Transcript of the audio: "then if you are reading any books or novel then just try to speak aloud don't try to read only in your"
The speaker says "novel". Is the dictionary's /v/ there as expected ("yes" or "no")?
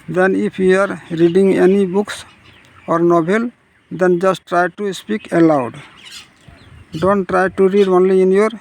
no